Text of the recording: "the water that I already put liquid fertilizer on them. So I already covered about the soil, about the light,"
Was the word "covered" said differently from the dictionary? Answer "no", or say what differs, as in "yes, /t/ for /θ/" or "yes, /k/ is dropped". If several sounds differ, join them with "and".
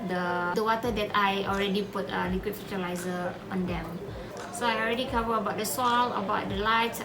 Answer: yes, /d/ is dropped